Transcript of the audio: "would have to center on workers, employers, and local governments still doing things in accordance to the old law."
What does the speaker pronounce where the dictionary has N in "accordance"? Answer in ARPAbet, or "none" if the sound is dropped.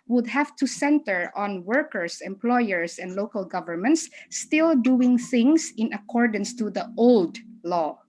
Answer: N